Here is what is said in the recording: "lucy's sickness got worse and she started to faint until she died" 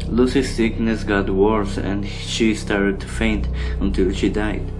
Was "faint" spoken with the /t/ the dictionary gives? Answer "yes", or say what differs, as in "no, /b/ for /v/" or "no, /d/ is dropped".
yes